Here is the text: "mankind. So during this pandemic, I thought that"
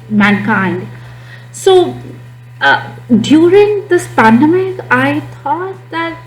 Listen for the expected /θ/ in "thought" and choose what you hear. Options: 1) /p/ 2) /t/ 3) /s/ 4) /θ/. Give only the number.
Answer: 2